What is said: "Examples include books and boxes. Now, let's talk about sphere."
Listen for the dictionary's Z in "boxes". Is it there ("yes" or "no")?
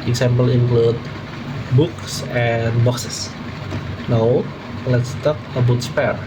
no